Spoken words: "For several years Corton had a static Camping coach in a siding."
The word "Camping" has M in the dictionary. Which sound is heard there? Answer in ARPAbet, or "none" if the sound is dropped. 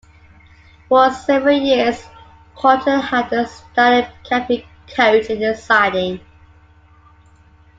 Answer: none